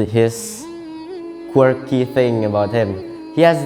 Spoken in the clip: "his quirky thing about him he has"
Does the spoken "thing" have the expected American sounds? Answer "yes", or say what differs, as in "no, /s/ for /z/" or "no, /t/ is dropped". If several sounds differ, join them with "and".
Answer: yes